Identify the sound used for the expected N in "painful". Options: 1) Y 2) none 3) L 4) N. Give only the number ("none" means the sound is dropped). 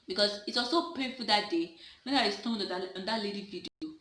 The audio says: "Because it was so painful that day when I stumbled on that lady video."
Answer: 2